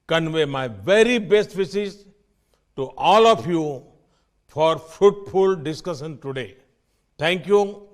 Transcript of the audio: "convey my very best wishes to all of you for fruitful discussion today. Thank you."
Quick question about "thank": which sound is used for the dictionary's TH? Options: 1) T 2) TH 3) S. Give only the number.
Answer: 1